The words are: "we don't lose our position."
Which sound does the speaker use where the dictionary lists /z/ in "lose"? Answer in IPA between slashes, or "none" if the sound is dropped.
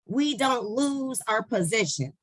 /z/